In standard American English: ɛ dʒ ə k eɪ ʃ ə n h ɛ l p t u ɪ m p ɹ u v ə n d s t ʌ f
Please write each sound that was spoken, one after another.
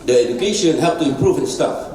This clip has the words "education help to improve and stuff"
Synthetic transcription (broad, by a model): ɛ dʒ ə k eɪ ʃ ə n h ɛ p t u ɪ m p ɹ u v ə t s t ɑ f